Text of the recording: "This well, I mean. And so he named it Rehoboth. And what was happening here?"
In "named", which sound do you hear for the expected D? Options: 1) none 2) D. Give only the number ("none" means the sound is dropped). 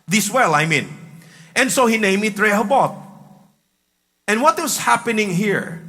1